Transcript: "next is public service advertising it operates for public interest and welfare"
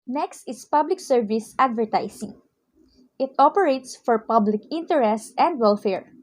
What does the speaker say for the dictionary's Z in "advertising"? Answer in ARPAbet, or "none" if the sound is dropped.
S